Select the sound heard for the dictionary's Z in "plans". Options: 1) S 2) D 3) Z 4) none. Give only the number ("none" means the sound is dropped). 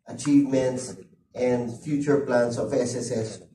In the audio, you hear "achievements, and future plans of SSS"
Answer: 1